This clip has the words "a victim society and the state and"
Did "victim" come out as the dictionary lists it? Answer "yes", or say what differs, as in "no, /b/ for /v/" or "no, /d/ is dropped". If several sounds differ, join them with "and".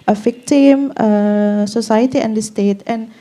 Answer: no, /f/ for /v/